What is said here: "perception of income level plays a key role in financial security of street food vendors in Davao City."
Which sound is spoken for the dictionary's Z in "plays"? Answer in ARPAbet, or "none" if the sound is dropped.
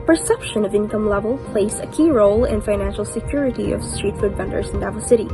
S